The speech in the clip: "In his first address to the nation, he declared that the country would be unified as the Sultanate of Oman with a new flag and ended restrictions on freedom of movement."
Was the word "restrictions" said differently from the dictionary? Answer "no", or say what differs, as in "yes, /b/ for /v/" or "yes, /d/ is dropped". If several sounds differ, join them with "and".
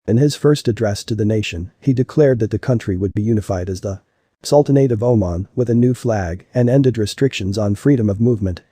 no